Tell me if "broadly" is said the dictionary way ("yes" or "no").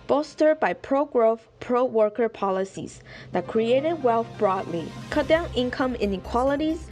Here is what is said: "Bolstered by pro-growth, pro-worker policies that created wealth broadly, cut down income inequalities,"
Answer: yes